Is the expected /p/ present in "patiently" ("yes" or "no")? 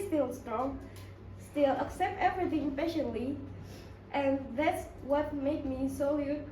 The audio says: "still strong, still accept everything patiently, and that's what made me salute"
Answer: no